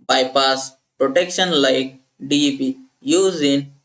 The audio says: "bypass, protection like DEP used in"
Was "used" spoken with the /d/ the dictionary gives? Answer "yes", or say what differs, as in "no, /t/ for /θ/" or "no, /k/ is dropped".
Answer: no, /d/ is dropped